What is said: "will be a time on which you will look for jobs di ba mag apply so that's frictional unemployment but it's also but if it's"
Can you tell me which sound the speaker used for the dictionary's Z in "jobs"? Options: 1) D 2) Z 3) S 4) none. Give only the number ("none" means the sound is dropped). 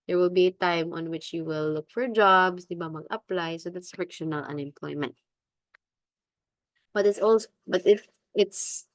3